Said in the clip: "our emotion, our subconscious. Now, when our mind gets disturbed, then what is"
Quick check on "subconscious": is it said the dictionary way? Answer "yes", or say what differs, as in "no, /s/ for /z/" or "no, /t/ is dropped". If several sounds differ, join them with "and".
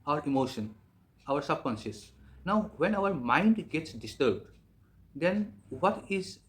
no, /b/ is dropped and /s/ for /ʃ/